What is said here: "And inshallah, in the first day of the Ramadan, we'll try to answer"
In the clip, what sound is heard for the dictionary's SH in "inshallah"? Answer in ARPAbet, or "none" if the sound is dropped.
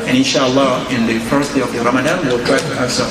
SH